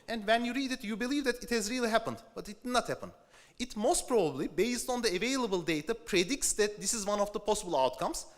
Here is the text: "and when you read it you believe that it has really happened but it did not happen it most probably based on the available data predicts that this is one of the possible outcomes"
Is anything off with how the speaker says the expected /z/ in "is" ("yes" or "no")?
no